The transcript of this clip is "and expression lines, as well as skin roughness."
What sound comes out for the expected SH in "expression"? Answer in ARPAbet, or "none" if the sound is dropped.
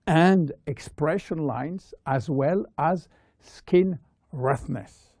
SH